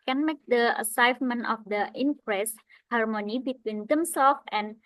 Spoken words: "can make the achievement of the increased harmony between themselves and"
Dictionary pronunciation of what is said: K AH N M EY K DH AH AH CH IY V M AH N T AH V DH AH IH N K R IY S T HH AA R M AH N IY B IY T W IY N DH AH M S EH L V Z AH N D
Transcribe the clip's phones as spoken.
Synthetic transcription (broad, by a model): K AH N M EY K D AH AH S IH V M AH N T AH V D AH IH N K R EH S HH AA R M AH N IY B IY T W IY N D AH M S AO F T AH N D